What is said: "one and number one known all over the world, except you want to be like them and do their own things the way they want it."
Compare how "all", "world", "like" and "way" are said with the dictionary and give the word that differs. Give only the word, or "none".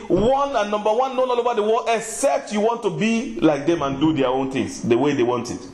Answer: world